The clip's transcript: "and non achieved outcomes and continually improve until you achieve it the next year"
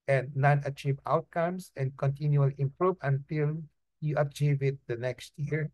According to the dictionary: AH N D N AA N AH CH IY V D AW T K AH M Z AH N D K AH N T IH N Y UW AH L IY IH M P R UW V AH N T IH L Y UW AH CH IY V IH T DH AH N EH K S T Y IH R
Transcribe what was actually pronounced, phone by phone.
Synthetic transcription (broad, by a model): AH N D N AA N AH CH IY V AW T K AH M S AH N D K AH N T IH N Y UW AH L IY IH M P R UW V AH N T IH L Y UW AH CH IY V IH T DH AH N EH K S T Y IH R